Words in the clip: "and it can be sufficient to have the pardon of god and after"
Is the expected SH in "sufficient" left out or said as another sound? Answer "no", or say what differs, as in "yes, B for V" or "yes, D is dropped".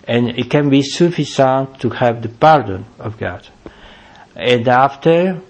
yes, S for SH